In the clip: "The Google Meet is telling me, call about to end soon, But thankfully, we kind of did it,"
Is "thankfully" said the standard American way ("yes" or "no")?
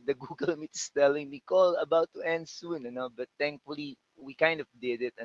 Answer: no